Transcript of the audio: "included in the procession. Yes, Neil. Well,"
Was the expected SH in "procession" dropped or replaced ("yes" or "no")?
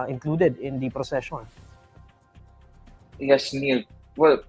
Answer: no